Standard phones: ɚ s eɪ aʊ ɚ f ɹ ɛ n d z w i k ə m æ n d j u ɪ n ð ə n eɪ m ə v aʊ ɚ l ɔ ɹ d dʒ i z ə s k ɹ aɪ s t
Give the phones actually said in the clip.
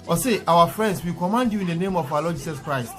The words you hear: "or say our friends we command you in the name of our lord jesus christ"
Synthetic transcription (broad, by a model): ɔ s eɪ aʊ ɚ f ɹ ɛ n d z w i k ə m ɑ n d j u ɪ n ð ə n eɪ m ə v aʊ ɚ l ɔ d dʒ i s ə s k ɹ aɪ s t